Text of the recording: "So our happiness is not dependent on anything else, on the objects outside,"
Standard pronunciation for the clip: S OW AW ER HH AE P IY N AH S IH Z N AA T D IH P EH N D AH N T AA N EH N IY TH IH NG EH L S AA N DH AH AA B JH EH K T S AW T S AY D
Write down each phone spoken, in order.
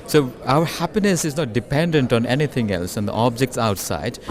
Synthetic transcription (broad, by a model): S OW AW ER HH AE P IY N AH S IH Z N AA T D IH P EH N D AH N T AA N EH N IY T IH NG EH L S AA N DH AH AA B JH EH K T S AW T S AY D